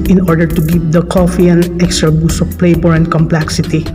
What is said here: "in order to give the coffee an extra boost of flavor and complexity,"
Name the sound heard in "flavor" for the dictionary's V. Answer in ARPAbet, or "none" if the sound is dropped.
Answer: B